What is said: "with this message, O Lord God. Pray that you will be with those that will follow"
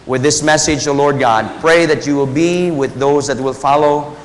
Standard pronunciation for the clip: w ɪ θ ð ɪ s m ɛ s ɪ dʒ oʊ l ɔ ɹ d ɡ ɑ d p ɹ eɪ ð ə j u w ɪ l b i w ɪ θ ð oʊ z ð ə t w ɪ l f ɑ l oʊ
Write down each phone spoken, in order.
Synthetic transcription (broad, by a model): w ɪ ð ɪ s m ɛ s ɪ dʒ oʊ l ɔ ɹ d ɡ ɑ d p ɹ eɪ ð ə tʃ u w ɪ l b i w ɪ ð oʊ z ð ə t w ɪ l f ɑ l oʊ